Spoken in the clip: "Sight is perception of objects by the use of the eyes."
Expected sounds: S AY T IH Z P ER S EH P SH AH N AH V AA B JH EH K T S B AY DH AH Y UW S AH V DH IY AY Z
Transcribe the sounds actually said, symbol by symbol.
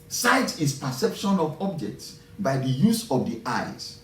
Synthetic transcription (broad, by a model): S AY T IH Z P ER S EH P SH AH N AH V AA B JH EH K T S B AY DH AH Y UW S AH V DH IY AY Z